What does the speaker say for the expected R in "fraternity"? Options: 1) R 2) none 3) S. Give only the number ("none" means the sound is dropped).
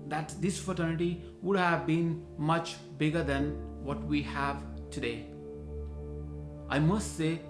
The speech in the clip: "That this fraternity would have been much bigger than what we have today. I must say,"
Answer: 2